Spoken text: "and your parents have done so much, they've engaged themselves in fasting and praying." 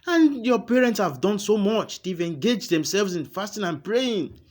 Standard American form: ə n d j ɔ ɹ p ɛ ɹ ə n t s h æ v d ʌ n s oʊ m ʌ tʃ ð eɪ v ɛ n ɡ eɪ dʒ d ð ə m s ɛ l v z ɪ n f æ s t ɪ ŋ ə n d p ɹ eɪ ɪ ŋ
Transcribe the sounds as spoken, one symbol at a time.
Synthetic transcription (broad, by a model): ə n j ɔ p ɛ ɹ ə n t s h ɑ v d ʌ n s oʊ m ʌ tʃ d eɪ v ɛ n ɡ eɪ dʒ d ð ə m s ɛ l v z ɪ n f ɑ s t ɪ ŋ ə n p ɹ eɪ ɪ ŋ